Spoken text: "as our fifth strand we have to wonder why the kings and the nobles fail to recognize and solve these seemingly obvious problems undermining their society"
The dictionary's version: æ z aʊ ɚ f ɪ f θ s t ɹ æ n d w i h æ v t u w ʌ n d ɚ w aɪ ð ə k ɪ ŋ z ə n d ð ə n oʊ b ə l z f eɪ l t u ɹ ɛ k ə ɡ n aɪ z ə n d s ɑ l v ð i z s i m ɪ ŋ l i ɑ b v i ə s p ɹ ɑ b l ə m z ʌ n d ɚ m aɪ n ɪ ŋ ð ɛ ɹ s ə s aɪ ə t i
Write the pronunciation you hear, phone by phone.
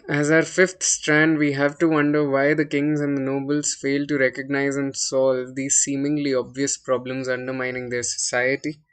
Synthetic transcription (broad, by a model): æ z aʊ ɚ f ɪ f t s t ɹ æ n d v i h æ v t u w ʌ n d ɚ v aɪ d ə k ɪ ŋ z ə n d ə n oʊ b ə l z f eɪ l t u ɹ ɛ k ə ɡ n aɪ z ə n d s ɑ l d i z s i m ɪ ŋ l i ɑ b v i ə s p ɹ ɑ b l ə m z ʌ n d ɚ m aɪ n ɪ ŋ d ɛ ɹ s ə s aɪ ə t i